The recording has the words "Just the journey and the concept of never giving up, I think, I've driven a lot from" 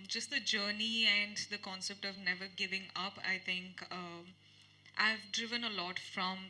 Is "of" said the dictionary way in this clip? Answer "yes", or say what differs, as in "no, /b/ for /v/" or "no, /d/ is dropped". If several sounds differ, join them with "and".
yes